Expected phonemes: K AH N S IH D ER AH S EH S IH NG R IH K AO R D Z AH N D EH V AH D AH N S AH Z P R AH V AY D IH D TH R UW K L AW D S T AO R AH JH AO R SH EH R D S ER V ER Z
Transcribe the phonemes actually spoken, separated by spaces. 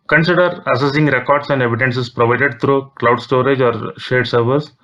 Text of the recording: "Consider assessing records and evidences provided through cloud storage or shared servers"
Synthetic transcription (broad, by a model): K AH N S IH D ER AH S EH S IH NG R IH K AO R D S AH N D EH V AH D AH N S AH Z P R AH V AY D IH D T R UW K L AW D S T AO R AH JH AO R SH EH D S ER V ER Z